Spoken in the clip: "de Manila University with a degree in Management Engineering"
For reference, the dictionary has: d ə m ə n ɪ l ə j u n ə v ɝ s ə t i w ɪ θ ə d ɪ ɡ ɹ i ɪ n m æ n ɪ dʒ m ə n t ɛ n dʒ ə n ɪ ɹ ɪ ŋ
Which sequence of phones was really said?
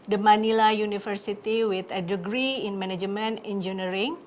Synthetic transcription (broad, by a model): d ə m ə n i l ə j u n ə f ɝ s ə t i w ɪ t ə d ɪ ɡ ɹ i ɪ n m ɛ n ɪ dʒ m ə n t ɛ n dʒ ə n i ɹ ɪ ŋ